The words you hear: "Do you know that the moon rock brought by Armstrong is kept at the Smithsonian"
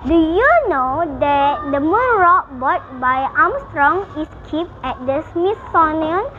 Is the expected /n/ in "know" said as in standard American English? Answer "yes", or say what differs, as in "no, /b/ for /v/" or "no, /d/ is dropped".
yes